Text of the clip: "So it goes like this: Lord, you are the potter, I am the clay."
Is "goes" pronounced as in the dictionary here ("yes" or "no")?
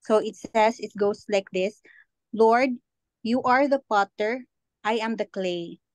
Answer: no